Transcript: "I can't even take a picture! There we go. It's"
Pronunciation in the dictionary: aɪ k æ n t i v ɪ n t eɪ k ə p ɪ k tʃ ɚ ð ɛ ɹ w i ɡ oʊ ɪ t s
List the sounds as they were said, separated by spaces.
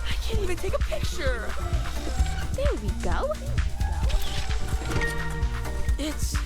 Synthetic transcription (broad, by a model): aɪ k æ n t i v ɪ n t eɪ k ə p ɪ k tʃ ɚ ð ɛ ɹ w i ɡ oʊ ɪ t s